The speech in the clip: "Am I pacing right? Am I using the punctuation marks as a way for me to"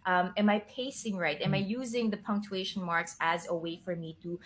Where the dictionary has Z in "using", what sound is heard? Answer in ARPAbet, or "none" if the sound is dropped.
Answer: Z